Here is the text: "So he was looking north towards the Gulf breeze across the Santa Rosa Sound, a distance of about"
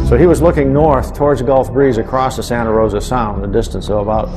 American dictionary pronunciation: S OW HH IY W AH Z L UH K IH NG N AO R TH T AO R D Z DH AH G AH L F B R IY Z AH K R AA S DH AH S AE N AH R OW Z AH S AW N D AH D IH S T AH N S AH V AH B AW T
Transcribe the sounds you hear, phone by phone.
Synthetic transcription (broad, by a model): S OW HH IY W AH Z L UH K IH NG N AO R TH T AO R D Z G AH L F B R IY Z AH K R AA S DH AH S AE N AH R OW Z AH S AW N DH AH D IH S T AH N S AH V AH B AW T